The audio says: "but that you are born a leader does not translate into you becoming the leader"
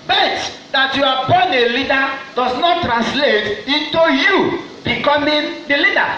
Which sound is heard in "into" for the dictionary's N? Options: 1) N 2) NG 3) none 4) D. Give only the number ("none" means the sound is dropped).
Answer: 1